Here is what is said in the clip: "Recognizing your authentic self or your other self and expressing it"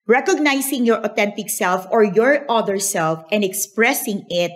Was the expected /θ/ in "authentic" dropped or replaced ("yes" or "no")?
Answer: yes